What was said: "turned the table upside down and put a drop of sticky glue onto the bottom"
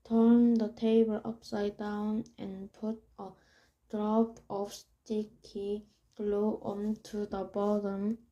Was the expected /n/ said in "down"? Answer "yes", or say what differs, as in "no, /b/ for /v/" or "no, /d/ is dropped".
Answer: yes